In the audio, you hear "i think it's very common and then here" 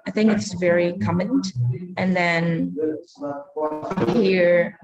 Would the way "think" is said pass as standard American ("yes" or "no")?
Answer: yes